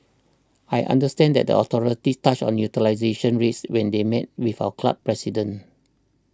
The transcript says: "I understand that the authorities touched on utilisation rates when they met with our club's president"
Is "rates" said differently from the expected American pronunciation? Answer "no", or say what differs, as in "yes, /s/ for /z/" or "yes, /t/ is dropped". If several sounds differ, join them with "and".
no